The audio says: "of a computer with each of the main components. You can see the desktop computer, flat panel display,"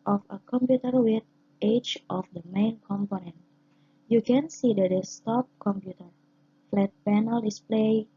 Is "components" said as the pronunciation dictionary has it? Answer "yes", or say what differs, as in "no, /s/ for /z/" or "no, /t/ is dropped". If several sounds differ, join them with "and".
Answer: no, /s/ is dropped